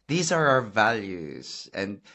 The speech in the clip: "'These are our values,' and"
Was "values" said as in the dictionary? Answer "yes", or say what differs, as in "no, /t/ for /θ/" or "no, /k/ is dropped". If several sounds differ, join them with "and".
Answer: yes